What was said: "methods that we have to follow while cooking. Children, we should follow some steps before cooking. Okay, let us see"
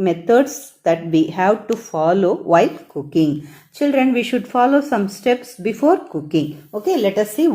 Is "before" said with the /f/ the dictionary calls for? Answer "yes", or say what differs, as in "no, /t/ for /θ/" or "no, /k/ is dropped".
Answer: yes